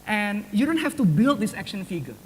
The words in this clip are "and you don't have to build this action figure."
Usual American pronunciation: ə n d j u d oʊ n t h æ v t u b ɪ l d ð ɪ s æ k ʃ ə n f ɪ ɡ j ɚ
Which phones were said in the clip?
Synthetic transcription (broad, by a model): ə n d j u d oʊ n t h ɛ f t u b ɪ l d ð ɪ s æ k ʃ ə n f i ɡ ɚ